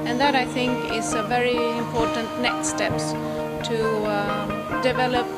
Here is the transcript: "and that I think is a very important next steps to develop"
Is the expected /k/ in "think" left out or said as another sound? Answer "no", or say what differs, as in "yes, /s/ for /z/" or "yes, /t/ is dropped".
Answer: no